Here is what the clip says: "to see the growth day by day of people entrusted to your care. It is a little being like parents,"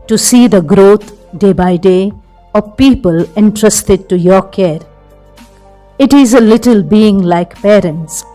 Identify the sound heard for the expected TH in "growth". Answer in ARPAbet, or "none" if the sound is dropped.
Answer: T